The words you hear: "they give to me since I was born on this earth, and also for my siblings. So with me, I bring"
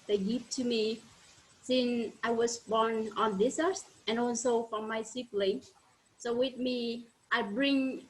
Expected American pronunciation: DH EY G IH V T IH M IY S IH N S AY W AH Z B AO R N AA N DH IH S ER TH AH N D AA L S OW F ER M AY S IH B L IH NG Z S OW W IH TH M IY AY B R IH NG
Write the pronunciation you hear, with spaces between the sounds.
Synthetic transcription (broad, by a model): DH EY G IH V T IH M IY S IH N S AY W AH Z B AO R N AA N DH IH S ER S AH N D AA L S OW F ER M AY S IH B L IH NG S OW W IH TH M IY AY B R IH NG